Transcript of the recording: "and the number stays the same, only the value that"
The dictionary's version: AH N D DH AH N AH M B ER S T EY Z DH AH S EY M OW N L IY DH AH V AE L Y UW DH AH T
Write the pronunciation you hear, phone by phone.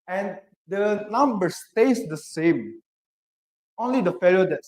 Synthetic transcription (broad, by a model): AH N D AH N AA M B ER S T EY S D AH S EY M OW N L IY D AH F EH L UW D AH T